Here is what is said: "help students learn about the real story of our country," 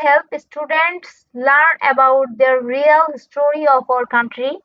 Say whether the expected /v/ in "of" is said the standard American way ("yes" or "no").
no